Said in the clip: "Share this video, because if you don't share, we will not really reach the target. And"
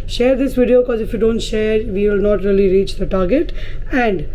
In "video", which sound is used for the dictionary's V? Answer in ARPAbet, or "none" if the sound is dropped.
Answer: V